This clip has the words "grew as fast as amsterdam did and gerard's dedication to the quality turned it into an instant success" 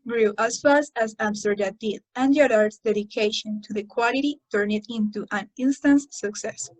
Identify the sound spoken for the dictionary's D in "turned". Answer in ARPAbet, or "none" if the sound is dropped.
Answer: none